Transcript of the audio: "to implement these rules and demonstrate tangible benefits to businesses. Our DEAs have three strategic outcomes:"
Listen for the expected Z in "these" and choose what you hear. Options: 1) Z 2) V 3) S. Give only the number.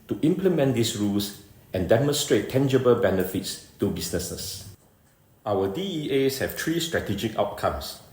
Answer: 3